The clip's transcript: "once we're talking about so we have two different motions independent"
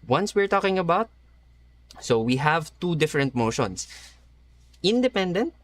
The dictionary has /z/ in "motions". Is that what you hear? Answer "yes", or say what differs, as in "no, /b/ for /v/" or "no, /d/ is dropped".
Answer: no, /s/ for /z/